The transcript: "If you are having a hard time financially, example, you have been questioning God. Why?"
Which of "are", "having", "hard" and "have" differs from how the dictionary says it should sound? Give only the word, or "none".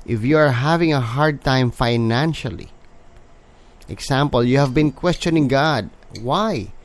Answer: none